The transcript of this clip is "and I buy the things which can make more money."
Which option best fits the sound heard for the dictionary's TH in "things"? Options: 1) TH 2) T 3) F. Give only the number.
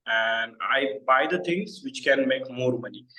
2